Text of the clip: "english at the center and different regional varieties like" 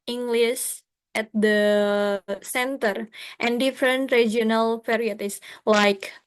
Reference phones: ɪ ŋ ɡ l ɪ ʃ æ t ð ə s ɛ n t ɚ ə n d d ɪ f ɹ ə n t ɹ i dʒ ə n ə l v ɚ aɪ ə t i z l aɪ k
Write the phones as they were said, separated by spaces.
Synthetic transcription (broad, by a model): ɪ ŋ ɡ l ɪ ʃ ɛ t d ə s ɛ n t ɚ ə n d d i f ɹ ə n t ɹ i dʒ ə n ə l p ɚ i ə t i s l aɪ k